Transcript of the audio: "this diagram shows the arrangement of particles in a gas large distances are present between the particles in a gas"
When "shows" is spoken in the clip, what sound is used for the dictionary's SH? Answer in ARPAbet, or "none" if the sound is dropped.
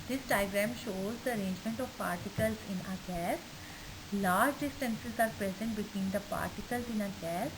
SH